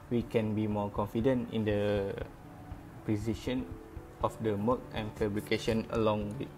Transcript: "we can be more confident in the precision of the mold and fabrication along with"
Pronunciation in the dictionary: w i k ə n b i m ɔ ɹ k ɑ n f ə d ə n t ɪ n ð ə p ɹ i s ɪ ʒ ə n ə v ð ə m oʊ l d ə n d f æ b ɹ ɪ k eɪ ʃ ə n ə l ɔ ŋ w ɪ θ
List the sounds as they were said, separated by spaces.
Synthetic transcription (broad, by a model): w i k ə n b i m ɔ k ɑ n f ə d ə n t ɪ n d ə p ɹ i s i ʃ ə n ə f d ə m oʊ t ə n f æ b ɹ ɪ k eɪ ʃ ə n ə l ɔ ŋ w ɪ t